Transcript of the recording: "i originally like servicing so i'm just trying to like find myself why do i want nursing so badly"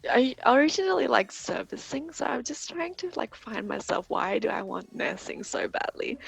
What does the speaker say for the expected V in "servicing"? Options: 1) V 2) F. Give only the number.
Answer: 1